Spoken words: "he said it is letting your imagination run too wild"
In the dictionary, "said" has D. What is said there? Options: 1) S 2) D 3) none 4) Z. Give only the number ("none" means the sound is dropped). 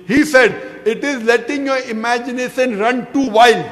2